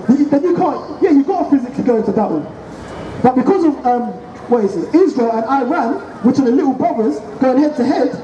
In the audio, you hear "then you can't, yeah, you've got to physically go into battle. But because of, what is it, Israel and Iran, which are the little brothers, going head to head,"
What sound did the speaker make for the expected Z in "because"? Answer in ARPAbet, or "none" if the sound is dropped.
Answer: Z